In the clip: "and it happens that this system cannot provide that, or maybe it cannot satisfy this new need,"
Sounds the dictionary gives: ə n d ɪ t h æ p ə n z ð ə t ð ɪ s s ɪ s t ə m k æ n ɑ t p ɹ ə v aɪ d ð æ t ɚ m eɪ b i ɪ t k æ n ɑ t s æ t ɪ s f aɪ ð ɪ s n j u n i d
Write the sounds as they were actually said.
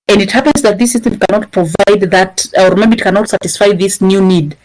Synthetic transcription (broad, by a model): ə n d ɪ t h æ p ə n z ð ə t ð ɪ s s ɪ s t ə m k æ n ɑ t p ɹ ə v aɪ d ð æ t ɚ m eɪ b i ɪ t k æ n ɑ t s æ t ɪ s f aɪ ð ɪ s n j u n i d